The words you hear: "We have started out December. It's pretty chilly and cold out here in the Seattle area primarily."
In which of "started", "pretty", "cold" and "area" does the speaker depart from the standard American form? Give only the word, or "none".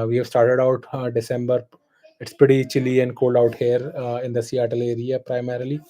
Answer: pretty